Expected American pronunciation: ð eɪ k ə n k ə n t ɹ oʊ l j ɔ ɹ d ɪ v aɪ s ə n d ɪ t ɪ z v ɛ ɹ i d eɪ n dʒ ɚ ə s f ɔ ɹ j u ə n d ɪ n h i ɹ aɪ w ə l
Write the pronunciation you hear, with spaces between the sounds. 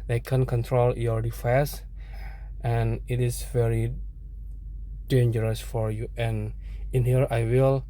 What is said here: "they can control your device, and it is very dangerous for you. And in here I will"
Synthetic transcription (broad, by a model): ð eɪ k ə n k ə n t ɹ oʊ l j ɔ ɹ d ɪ f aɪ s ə n ɪ t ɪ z v ɛ ɹ i d eɪ n dʒ ɚ ə s f ɔ ɹ j u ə n ɪ n h i ɹ aɪ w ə l